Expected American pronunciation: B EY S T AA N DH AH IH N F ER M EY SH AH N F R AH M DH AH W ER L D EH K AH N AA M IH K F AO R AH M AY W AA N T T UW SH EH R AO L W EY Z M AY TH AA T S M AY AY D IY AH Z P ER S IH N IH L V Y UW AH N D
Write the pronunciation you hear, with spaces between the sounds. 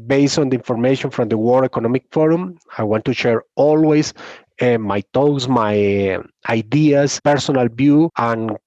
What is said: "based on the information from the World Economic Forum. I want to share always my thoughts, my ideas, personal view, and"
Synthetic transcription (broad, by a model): B EY S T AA N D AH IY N F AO M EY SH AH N F R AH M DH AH W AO D EH K AH N AA M IH K F AO R AH M AY W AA N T T UW SH EH R AO L W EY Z M AY T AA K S M AY AY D IY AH S P ER S IH N IH L B Y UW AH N